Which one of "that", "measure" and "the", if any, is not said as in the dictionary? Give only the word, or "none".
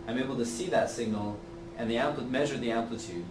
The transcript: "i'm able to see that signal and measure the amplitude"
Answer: none